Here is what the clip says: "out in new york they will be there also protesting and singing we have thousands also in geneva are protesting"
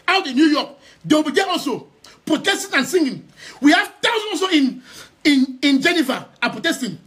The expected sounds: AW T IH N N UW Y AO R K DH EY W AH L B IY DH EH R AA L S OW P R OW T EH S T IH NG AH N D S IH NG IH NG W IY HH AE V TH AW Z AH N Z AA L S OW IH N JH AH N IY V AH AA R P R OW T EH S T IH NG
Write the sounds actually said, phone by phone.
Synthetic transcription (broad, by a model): AW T IH N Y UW Y AO K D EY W B IY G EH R AA L S OW P R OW T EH S T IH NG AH N S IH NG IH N W IY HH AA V T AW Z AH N AA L S OW IH N JH AH N IY V AH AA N P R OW T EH S T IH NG